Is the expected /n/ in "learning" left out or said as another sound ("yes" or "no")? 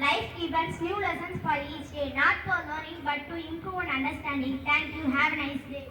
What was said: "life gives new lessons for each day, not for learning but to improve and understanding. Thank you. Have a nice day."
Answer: yes